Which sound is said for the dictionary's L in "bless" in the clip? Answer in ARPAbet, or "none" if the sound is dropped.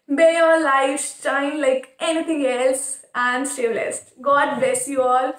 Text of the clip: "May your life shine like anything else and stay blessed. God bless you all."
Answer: none